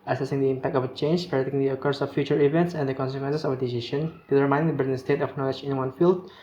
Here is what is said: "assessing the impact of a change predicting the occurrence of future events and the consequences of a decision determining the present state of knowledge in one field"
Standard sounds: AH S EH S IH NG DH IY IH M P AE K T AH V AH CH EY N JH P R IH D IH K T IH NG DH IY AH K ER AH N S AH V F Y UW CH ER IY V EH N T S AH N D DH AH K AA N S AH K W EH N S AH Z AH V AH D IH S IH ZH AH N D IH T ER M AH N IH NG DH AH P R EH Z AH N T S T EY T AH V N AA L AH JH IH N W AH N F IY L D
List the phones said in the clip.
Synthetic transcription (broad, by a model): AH S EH S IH NG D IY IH M P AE K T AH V AH CH EY N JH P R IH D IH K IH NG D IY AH K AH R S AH F Y UW CH ER IY V EH N T S AH N D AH K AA N S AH K W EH N S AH S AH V AH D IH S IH SH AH N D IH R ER M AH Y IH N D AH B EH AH T S T EY T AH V N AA L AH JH IH N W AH N F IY L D